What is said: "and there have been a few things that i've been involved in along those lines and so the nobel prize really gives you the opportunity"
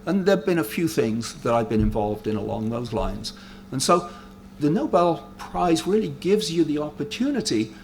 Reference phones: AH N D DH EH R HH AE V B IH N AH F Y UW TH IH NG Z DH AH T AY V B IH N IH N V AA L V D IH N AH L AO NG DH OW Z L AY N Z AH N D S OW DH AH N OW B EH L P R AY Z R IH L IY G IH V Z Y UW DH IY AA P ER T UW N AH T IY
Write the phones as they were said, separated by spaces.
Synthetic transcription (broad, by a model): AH N DH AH R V B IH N AH F Y UW TH IH NG Z DH AH T AY V B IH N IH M V AA L V D IH N AH L AO NG DH OW Z L AY N Z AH N S OW DH AH N OW B EH L P R AY Z R IH L IY G IH V Z Y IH DH IY AA P ER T UW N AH T IY